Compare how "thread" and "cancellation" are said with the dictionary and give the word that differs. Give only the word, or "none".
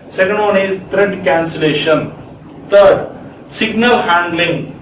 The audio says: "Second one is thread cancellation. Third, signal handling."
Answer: thread